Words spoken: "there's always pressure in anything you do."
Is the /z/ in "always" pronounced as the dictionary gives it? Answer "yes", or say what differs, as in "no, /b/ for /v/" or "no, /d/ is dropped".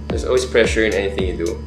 no, /s/ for /z/